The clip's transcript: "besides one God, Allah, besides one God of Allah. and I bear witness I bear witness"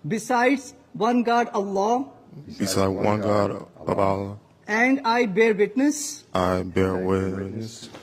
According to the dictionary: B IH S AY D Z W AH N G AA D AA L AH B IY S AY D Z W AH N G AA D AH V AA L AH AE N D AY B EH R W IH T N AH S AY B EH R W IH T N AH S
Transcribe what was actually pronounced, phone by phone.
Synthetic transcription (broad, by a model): B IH S AY D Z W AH N G AA D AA L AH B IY S AY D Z W AH N G AA D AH B AA L AH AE N D AY B EH R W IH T N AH S AY B EH R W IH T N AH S